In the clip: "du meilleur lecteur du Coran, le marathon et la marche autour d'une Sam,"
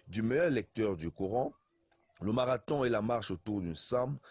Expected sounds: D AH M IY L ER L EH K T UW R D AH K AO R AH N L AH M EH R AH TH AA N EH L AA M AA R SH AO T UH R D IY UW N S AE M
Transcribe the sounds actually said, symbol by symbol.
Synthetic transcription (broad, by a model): D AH M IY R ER L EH K T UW R D AH K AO R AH L AH M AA R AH T AA EH L AA M AA R SH AO T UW R D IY N S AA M